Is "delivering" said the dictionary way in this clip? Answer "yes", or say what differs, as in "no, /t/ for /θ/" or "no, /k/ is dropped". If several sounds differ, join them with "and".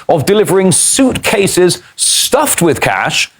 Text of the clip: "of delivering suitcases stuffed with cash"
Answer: yes